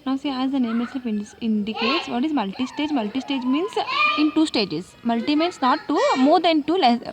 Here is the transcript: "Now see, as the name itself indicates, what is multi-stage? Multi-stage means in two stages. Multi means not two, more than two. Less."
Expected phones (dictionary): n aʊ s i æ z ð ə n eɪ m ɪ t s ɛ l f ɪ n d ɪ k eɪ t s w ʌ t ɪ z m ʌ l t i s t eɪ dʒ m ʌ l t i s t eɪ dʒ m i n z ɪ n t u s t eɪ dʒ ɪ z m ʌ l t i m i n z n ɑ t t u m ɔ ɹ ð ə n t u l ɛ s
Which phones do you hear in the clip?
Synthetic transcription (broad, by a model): n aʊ s i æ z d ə n eɪ m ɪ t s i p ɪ ɪ n d ɪ k eɪ t s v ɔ t ɪ z m ʌ l t i s t eɪ dʒ m ʌ l t i s t eɪ dʒ m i n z ɪ n t u s t eɪ dʒ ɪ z m ʌ l t i m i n s n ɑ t t u m ɔ ɹ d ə n t u l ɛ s